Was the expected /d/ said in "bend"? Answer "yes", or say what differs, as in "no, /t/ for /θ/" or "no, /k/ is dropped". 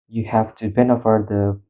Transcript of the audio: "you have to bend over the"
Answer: no, /d/ is dropped